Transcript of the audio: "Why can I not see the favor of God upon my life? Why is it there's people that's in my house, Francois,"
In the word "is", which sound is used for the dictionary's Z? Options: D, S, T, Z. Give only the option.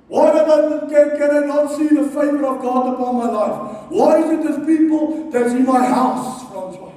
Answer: Z